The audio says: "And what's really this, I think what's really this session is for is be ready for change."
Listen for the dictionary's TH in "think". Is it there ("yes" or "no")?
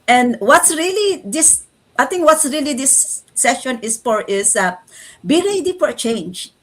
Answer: no